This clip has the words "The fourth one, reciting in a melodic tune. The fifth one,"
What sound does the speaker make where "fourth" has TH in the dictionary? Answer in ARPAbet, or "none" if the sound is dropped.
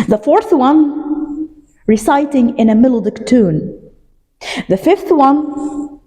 TH